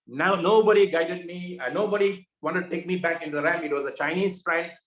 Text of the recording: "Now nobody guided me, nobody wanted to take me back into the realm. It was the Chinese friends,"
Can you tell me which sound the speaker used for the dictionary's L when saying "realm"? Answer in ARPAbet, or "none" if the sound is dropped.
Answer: none